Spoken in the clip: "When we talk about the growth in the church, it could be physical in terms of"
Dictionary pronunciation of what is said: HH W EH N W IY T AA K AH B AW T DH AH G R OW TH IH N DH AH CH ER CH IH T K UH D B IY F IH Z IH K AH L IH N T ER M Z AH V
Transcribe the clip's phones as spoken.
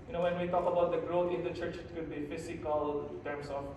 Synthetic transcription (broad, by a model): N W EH N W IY T AA K AH B AW T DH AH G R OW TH IH N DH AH CH ER CH IH T K UH D B IY F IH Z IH K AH L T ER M S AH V